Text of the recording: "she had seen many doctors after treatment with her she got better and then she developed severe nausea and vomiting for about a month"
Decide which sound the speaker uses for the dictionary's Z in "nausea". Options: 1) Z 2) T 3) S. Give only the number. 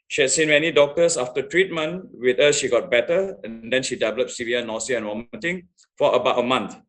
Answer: 3